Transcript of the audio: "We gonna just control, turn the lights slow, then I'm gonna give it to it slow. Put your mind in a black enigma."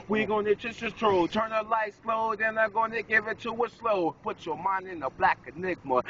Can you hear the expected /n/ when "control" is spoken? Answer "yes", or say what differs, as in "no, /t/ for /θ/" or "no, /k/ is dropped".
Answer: no, /n/ is dropped